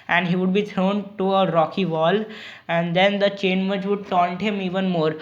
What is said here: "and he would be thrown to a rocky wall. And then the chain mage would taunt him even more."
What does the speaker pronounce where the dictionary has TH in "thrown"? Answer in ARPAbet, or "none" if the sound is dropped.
T